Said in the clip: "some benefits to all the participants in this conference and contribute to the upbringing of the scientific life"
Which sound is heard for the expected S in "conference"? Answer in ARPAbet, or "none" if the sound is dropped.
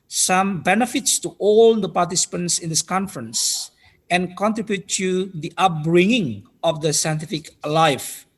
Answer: S